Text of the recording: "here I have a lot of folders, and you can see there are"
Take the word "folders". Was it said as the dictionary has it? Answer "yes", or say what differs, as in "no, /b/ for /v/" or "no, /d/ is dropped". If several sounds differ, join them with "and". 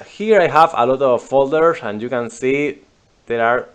no, /s/ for /z/